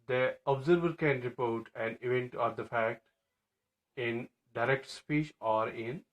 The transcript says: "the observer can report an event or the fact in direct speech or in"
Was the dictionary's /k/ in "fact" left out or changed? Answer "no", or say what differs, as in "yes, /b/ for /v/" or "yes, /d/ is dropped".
no